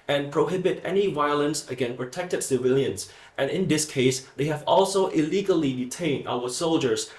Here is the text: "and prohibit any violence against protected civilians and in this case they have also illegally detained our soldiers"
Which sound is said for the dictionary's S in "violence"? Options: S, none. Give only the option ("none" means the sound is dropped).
S